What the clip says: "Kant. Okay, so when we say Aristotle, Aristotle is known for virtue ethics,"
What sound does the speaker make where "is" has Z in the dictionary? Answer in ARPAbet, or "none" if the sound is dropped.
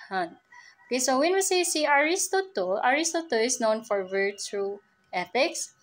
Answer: S